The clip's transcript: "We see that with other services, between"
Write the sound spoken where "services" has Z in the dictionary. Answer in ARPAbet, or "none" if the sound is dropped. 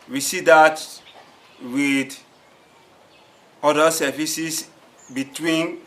S